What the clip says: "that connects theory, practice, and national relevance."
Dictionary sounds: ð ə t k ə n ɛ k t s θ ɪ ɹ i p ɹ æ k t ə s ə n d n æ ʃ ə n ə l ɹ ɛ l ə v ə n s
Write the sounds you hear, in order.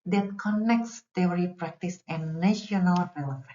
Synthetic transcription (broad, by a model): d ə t k ə n ɛ k t s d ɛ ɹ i p ɹ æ k t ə s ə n n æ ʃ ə n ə l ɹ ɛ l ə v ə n